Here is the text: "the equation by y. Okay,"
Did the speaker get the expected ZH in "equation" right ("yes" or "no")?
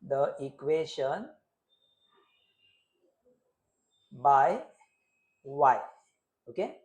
no